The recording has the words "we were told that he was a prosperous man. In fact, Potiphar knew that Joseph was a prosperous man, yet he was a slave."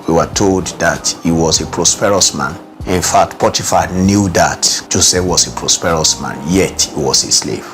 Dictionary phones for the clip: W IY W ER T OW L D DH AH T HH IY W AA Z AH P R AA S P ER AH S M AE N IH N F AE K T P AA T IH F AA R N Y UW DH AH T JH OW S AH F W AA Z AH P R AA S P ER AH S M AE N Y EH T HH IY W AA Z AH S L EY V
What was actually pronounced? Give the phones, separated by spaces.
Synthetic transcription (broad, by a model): W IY W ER T OW L D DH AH T HH IY W AA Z AH P R AA S P ER AH S M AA N IH N F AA K T P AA T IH F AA N Y UW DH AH T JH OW S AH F W AA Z AH P R AA S P ER AH S M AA N Y EH T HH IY W AA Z AH S L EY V